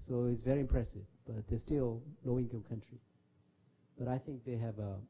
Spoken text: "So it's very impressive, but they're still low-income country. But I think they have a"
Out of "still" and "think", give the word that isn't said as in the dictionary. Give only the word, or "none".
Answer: none